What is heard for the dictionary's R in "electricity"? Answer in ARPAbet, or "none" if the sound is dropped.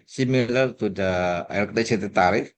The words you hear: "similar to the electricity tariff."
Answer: none